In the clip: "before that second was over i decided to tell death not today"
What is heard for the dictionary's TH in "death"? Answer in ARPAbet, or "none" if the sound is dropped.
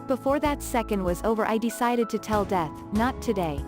TH